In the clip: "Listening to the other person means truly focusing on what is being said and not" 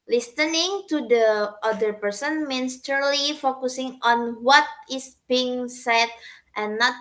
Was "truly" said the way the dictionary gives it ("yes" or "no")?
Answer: no